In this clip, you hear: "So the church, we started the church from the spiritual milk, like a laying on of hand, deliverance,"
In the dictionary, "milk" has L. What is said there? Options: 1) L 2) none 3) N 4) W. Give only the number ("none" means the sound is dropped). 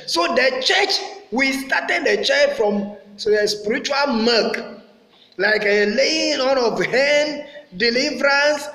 2